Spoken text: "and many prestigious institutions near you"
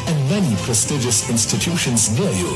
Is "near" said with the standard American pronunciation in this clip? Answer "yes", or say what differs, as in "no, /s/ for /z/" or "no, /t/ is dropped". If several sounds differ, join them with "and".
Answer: no, /l/ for /ɹ/